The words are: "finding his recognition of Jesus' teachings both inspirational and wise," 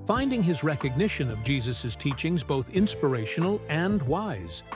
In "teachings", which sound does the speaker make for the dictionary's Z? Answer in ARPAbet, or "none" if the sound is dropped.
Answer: Z